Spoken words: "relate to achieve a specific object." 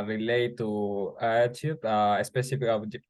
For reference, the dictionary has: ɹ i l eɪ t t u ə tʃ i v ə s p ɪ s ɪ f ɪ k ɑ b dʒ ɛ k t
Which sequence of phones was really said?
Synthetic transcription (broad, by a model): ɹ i l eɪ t t u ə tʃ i ə s p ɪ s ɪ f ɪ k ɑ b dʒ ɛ